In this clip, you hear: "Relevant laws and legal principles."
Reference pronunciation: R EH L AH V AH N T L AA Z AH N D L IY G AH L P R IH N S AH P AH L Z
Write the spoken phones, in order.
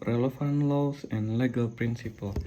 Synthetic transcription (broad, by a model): R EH L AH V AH N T L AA S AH N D L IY G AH L P R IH N S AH P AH L